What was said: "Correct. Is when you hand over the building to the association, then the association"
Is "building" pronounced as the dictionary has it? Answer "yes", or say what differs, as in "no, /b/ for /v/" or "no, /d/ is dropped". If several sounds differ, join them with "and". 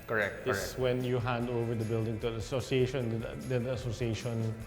yes